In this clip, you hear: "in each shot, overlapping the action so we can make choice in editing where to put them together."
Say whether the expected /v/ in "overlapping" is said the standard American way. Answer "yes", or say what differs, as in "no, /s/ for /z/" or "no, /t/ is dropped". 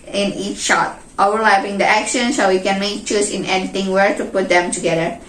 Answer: no, /v/ is dropped